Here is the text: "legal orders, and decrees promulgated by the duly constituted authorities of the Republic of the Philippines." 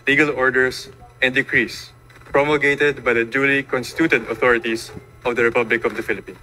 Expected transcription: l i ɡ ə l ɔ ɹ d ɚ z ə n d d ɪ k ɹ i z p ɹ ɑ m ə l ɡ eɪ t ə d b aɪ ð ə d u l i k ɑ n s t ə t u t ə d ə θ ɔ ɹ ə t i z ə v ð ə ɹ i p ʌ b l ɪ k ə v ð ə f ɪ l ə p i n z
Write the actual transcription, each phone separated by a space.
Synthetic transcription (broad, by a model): l i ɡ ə l ɔ ɹ d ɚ s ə n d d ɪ k ɹ i s p ɹ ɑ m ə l ɡ eɪ t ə d b aɪ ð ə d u l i k ɑ n s t ə t u t ə d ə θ ɔ ɹ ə t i s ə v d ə ɹ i p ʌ b l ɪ k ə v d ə f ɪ l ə p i n